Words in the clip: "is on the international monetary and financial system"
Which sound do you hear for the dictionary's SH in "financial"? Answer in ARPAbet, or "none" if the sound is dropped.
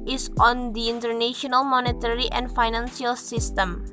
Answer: S